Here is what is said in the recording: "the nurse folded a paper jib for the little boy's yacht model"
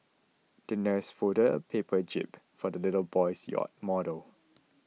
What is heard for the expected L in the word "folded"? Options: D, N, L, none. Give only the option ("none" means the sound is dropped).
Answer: none